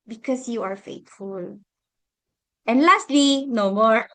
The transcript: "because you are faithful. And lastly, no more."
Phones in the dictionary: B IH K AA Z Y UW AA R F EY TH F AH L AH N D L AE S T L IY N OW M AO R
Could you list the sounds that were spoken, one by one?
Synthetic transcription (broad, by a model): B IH K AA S Y UW AA R F EY T F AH L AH N L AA S T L IY N OW M AO R